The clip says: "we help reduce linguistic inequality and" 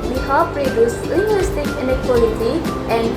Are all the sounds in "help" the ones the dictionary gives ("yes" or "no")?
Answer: no